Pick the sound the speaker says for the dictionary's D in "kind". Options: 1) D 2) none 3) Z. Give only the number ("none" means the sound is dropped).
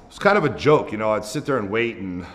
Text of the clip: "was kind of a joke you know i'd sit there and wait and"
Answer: 1